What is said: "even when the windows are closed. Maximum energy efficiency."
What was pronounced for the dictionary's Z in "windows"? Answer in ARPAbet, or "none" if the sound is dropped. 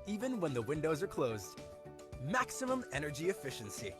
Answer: Z